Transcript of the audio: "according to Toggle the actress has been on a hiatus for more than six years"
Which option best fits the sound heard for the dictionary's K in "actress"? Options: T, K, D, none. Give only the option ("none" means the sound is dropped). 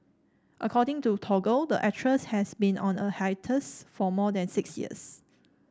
none